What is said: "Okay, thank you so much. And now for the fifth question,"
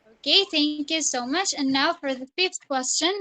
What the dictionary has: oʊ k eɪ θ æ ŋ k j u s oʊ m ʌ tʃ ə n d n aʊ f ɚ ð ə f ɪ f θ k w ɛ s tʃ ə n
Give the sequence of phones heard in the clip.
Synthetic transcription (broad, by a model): oʊ k eɪ θ æ ŋ k j u s oʊ m ʌ tʃ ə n n aʊ f ɚ ð ə f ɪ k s k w ɛ s tʃ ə n